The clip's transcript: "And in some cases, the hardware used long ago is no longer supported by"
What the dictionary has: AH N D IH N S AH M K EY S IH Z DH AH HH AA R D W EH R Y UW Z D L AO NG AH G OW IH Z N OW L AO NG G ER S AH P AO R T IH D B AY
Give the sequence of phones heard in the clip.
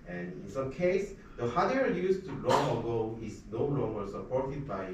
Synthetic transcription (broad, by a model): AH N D IH N S AH M K EY IH S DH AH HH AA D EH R Y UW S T L AO NG AH G OW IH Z N OW L AO NG G ER S AH P AO R T IH D B AY